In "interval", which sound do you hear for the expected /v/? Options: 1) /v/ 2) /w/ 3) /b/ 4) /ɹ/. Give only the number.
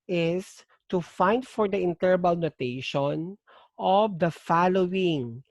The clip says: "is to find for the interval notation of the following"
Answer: 3